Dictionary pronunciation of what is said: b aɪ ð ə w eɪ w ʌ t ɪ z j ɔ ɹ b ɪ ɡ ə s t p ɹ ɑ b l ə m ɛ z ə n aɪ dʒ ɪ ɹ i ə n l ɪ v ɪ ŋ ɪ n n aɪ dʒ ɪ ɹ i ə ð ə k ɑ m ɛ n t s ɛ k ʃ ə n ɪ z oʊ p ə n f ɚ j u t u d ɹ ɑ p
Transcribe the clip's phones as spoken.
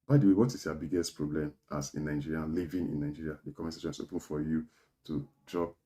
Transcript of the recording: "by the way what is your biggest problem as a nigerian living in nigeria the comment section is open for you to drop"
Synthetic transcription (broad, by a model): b aɪ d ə w eɪ w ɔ t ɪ s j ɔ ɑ b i ɡ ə s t p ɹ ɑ b l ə m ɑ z ə n aɪ dʒ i ɹ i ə n l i v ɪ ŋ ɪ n n aɪ dʒ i ɹ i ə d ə k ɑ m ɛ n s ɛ ʃ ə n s oʊ p ə n f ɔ j u t u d ɹ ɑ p